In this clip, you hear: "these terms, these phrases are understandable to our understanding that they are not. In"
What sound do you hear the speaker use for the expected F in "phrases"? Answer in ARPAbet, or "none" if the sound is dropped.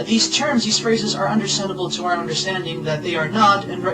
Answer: F